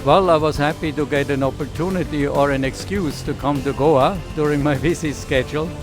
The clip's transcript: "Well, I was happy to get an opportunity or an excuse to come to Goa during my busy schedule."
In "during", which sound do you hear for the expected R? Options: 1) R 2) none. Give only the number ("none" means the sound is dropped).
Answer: 1